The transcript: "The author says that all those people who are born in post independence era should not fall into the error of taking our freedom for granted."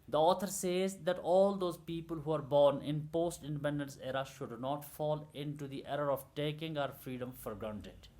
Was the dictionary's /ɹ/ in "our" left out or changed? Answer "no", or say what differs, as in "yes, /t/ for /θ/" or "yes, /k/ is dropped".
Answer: no